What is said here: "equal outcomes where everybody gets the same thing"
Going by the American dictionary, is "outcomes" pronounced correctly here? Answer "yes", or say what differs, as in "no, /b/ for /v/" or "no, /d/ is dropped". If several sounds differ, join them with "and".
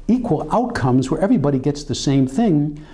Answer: yes